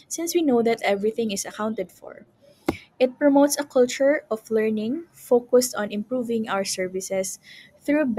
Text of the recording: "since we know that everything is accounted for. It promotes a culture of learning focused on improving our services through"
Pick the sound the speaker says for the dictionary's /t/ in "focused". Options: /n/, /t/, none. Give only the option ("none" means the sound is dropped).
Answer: /t/